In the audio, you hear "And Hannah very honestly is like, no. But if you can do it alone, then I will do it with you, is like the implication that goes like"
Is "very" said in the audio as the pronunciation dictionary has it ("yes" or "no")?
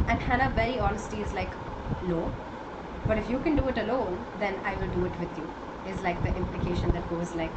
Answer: no